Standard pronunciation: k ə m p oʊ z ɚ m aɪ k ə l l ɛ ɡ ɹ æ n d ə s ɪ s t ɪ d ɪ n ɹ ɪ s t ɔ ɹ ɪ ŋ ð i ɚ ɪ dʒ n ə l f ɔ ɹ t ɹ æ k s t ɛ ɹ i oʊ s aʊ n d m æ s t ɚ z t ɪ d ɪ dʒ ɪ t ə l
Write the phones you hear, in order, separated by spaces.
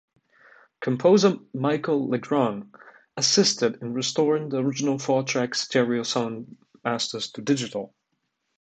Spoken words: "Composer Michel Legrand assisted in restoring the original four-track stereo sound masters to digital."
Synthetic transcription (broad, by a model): k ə m p oʊ z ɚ m aɪ k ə l l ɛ ɡ ɹ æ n ə s ɪ s t ɪ d ɪ n ɹ ɪ s t ɔ ɹ ɪ ŋ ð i ɚ ɪ dʒ n ə l f ɔ ɹ t ɹ æ k s t ɛ ɹ i oʊ s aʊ n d m æ s t ɚ z t ɪ d ɪ dʒ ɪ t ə l